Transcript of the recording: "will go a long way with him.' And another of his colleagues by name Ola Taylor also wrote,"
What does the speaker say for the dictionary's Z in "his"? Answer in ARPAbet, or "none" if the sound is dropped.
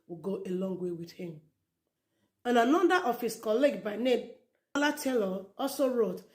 S